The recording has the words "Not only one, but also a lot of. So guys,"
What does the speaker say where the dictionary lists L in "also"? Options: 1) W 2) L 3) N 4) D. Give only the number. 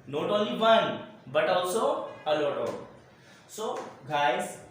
1